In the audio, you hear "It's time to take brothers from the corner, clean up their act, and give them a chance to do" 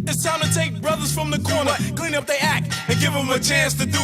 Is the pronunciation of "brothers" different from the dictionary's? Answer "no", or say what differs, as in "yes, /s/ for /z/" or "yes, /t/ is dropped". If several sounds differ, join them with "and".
no